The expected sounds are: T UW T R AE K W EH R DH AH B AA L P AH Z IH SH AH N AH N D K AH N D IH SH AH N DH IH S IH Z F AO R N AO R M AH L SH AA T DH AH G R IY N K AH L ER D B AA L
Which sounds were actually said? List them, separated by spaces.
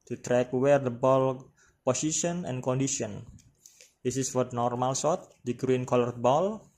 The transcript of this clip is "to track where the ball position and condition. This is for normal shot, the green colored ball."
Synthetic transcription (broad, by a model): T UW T R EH K W EH R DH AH B AA L P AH S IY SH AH N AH N K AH N D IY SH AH N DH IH S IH S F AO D N AO R M AH L S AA T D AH G R IY N K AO L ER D B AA L